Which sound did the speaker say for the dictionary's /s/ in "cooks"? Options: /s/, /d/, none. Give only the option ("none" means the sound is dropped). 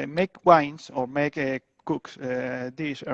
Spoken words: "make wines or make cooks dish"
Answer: /s/